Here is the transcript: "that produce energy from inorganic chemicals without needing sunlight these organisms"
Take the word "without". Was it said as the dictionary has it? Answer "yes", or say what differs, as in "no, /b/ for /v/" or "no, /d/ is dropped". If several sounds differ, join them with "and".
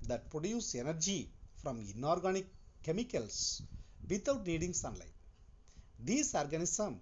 no, /t/ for /θ/